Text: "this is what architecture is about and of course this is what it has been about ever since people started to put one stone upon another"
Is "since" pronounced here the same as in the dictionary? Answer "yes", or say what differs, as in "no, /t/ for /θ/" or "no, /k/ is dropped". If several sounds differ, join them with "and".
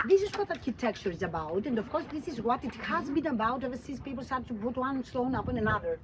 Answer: no, /n/ is dropped